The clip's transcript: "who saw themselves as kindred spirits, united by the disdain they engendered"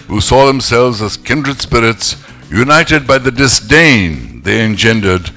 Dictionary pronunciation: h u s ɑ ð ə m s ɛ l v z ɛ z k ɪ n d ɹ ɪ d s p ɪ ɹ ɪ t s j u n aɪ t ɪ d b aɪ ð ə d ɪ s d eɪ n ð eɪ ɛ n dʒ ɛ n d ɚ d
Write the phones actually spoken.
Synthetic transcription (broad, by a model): h u s ɑ ð ə m s ɛ l v z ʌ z k ɪ n d ɹ ɪ d s p ɪ ɹ ɪ t s j u n aɪ t ɪ d b aɪ ð ə d ɪ s d eɪ n ð eɪ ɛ n dʒ ɛ n d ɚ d